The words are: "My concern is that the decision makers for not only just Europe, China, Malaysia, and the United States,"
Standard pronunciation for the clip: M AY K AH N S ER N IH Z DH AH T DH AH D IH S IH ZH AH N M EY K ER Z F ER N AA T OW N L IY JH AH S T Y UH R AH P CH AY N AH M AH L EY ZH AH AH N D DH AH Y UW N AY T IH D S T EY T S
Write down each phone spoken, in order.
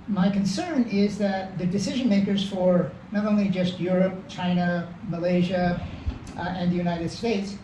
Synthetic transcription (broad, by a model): M AY K AH N S ER N IH Z DH AH T DH AH D IH S IH ZH AH N M EY K ER Z F ER N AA T OW N L IY JH AH S T Y UH R AH P CH AY N AH M AH L EY ZH AH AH N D DH AH Y UW N AY T IH D S T EY T S